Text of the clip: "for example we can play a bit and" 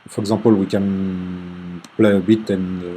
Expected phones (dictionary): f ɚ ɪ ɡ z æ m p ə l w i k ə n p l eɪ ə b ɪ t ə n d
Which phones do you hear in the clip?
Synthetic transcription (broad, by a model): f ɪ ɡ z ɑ p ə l w i k ə n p l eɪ ə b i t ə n